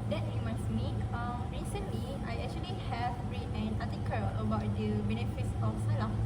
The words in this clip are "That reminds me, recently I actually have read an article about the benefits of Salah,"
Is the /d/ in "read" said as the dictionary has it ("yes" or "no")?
no